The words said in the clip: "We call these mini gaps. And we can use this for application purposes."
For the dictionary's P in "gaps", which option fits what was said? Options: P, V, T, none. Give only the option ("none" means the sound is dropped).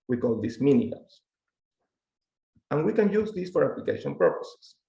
none